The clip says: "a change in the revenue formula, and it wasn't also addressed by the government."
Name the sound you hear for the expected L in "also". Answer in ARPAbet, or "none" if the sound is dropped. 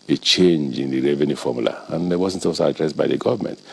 none